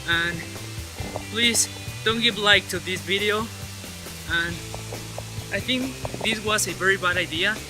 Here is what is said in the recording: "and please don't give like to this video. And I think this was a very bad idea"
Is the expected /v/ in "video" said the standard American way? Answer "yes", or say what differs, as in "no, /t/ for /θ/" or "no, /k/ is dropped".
yes